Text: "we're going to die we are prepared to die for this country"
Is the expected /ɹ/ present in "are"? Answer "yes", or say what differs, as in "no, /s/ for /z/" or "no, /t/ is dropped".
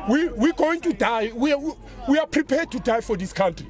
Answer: no, /w/ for /ɹ/